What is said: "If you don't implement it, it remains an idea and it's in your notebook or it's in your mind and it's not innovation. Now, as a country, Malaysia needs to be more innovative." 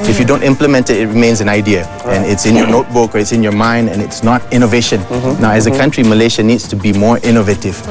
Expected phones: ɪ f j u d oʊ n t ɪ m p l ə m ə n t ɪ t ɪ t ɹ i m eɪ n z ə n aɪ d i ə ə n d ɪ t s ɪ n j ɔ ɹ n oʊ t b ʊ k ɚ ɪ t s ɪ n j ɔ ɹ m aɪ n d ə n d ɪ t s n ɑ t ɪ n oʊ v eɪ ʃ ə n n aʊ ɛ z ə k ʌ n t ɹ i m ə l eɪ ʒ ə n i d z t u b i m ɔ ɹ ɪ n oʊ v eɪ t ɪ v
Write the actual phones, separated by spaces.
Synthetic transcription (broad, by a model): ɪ f j u d oʊ n t ɪ m p l ə m ə n t ɪ t ɪ t ɹ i m eɪ n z ə n aɪ d i ə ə n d ɪ t s ɪ n j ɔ n oʊ t b ʊ k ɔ ɪ t s ɪ n j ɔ m aɪ n d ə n ɪ t s n ɑ t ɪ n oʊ v eɪ ʃ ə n n aʊ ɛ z ə k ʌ n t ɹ i m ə l eɪ ʃ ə n i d s t u b i m ɔ ɹ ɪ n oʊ v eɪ t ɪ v